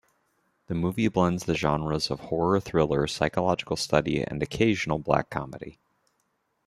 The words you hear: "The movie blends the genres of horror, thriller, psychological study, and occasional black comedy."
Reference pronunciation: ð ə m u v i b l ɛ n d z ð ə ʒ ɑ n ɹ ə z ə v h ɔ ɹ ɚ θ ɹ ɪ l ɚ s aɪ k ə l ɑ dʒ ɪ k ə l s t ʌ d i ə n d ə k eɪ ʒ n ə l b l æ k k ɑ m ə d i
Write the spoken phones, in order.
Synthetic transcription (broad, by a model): ð ə m u v i b l ɛ n d z ð ə ʒ ɑ n ɹ ə z ə v h ɔ ɹ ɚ θ ɹ ɪ l ɚ s aɪ k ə l ɑ dʒ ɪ k l s t ʌ d i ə n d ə k eɪ ʒ n l b l æ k k ɑ m ə d i